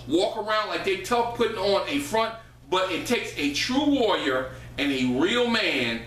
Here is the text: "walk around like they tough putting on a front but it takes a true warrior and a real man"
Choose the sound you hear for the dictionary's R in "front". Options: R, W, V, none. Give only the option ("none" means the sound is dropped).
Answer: R